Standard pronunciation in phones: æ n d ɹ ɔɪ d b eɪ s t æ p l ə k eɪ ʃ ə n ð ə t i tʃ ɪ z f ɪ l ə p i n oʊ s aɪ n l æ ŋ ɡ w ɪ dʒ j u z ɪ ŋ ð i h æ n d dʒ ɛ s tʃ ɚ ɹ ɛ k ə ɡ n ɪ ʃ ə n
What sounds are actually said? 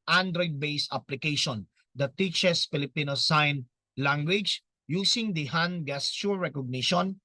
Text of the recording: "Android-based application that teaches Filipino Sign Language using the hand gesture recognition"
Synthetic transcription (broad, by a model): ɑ n d ɹ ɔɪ d b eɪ s ɑ p l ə k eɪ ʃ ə n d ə t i tʃ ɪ s f ɪ l ə p i n oʊ s aɪ n l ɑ ŋ ɡ w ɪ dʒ j u s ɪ ŋ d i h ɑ n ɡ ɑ s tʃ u ɹ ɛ k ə ɡ n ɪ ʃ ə n